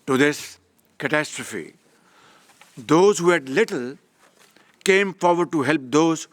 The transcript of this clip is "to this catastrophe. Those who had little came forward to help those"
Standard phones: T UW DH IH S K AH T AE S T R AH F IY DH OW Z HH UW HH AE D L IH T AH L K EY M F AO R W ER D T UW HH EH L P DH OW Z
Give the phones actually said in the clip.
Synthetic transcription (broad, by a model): T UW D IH S K AH T AE S T R AH F IY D OW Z HH UW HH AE D L IH T AH L K EY M F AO R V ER D T UW HH EH L P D OW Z